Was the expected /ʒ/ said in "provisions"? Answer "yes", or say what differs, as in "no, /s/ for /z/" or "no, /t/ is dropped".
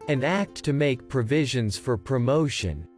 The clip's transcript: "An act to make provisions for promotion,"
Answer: yes